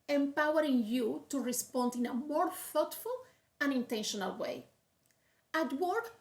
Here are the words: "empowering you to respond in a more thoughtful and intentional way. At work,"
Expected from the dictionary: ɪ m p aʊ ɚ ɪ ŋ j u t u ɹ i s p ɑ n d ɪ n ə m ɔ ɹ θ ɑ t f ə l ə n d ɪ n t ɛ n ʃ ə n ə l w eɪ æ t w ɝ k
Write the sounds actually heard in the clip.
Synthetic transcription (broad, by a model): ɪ m p aʊ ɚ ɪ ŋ j u t u ɹ i s p ɑ n d ɪ n ə m ɔ ɹ f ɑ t f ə l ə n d ɪ n t ɛ n ʃ ə n ə l w eɪ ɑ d w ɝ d